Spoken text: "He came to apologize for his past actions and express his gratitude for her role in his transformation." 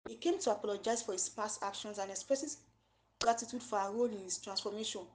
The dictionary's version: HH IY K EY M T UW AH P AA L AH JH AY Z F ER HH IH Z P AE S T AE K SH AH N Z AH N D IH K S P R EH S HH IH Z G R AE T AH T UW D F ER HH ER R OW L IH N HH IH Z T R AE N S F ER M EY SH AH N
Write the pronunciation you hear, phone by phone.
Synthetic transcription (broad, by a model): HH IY K EY M T UW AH P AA L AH JH AY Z F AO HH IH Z P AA S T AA K SH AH N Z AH N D IH K S P R EH S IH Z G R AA T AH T UW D F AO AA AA R OW L IH N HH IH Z T R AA N S F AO M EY SH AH N